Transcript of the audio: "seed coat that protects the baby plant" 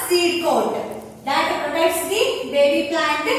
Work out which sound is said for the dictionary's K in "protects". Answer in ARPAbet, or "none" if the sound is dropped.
none